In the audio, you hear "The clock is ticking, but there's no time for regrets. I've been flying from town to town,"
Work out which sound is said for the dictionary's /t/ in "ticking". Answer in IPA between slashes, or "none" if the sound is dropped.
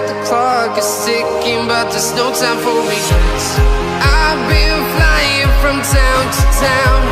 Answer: /s/